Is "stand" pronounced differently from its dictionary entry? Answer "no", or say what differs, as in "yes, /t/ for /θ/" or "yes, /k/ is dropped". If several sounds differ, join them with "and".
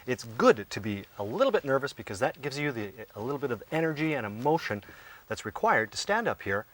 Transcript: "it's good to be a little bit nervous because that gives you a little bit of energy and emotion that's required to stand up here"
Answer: no